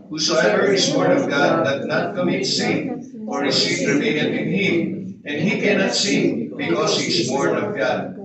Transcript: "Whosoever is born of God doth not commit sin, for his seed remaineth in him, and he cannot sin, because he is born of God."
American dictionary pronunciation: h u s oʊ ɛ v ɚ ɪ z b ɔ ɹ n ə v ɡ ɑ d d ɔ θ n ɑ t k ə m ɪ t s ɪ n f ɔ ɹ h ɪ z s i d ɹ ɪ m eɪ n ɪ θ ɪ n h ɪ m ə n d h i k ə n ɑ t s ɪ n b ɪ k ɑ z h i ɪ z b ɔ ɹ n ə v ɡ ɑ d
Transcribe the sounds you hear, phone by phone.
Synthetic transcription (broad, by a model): h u s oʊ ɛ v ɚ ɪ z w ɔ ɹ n ə v ɡ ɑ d d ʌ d n ɑ t k ə m ɪ t s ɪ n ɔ ɹ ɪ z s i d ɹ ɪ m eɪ ɪ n ɪ n h ɪ m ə n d h i k ə n ɑ t s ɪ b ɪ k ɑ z h i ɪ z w ɔ ɹ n ə v ɡ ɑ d